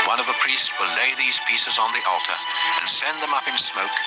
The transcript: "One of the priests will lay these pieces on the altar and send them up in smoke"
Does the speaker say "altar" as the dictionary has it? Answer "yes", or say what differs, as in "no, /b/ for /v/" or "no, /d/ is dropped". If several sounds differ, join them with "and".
yes